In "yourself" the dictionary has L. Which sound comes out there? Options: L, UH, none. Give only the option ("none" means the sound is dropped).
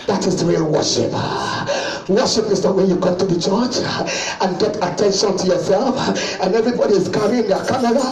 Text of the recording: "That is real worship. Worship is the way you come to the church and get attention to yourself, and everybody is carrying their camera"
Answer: L